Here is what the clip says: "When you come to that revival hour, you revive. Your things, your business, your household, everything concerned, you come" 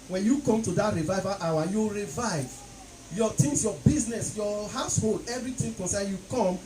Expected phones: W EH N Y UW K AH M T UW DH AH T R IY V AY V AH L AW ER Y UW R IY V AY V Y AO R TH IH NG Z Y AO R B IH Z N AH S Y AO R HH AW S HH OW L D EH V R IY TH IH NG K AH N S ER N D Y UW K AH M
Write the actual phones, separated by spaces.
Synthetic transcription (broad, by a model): W EH N Y UW K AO M T UW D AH T R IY V AY V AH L AW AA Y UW R IY V AY V Y AO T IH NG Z Y AO B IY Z N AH S Y AO HH AW S HH OW L D EH V R IY T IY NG K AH N S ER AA Y UW K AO M